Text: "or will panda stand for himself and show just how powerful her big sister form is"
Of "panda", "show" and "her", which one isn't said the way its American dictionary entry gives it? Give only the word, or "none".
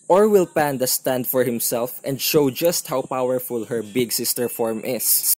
none